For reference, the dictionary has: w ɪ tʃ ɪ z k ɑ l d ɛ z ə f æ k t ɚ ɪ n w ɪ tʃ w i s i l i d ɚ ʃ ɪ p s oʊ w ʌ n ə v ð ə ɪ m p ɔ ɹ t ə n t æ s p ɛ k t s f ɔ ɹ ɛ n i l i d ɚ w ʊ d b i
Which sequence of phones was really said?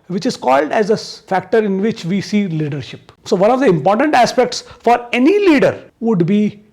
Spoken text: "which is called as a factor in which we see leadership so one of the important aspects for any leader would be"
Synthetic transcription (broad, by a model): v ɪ tʃ ɪ z k ɑ l d ɛ z ə f æ k t ɚ ɪ n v ɪ tʃ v i s i l i d ɚ ʃ ɪ p s oʊ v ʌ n ə v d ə ɪ m p ɔ ɹ t ə n t æ s p ɛ k t s f ɔ ɹ ɛ n i l i d ɚ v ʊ d b i